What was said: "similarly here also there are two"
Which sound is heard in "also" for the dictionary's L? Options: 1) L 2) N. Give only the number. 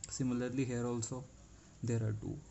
1